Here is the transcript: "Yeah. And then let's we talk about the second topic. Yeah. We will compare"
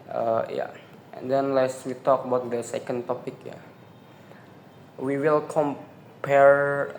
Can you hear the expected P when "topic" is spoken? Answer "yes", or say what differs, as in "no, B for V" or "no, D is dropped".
yes